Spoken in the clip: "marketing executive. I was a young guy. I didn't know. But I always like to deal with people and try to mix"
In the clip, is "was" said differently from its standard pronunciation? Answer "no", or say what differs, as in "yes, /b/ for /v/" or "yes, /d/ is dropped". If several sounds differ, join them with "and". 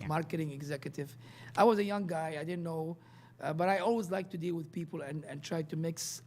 no